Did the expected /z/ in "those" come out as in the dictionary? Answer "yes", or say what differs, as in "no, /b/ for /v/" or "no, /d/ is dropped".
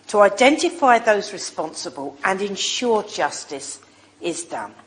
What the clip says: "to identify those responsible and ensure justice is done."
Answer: yes